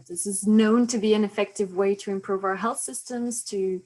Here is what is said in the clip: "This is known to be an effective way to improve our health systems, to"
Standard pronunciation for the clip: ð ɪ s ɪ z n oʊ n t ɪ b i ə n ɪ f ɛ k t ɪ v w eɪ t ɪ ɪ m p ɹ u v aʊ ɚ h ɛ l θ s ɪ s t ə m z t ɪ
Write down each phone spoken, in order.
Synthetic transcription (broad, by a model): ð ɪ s ɪ z n oʊ n t ɪ b i ə n ɪ f ɛ k t ɪ v w eɪ t ɪ ɪ m p ɹ u v aʊ ɚ h ɛ l θ s ɪ s t ə m z t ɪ